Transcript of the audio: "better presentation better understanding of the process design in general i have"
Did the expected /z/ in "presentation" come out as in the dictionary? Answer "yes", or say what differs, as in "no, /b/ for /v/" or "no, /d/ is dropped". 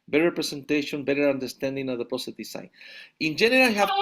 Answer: no, /s/ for /z/